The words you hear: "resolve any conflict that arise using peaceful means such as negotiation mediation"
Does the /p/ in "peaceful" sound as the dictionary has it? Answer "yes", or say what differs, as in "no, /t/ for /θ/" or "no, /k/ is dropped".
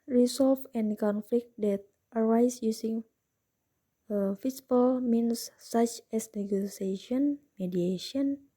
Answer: no, /f/ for /p/